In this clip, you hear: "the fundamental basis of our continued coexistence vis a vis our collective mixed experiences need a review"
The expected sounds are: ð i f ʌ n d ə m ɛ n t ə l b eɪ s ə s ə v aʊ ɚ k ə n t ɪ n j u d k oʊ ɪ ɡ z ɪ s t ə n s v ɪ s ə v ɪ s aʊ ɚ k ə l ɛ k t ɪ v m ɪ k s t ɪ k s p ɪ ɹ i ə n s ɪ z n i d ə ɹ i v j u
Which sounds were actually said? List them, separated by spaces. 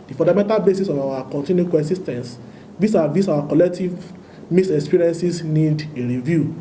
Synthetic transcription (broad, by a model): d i f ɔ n d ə m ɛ n t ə l b eɪ s ə s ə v aʊ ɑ k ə n t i n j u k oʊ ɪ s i s t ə n s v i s ə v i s aʊ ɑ k ə l ɛ k t ɪ v m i s ɪ k s p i ɹ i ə n s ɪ s n i d ə ɹ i v j u